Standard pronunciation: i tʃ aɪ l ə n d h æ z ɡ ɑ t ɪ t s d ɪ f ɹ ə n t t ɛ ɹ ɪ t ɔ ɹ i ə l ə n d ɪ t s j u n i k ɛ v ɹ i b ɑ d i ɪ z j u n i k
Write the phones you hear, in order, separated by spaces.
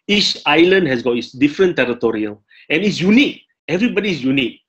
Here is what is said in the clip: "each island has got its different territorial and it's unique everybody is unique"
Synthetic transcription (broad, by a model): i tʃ aɪ l ə n d h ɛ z ɡ ɑ t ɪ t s d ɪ f ɹ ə n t t ɛ ɹ ɪ t ɔ ɹ i ə l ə n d ɪ t s j u n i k ɛ v ɹ i b ɑ d i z j u n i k